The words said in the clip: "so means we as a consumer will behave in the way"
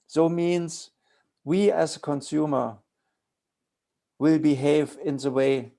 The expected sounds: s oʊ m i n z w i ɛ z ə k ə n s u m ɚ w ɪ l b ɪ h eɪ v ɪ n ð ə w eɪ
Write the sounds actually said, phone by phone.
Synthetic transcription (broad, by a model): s oʊ m i n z w i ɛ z ə k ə n s u m ɚ w ɪ l b ɪ h eɪ v ɪ n ð ə w eɪ